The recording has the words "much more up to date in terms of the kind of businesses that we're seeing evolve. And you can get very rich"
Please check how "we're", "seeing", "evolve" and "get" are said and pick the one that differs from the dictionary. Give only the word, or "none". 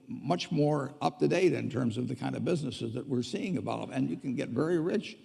evolve